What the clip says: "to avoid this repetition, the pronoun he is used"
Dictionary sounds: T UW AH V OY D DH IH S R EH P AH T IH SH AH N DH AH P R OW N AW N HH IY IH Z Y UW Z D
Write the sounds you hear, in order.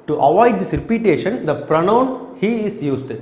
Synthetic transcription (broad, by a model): T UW AH V OY D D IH S R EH P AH T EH SH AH N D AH P R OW N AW N HH IY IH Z Y UW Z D